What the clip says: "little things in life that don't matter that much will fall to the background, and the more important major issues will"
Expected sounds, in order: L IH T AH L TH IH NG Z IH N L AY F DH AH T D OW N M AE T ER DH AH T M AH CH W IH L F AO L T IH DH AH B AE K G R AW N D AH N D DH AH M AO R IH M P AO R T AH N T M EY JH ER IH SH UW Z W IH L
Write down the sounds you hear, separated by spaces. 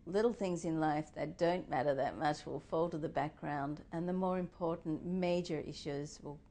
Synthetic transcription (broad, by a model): L IH T L TH IH NG Z IH N L AY F DH AH T D OW N M AE T ER DH AH T M AH CH W IH L F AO L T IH DH AH B AE K G R AW N D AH N DH AH M AO R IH M P AO R T N M EY JH ER IH SH UW Z W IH L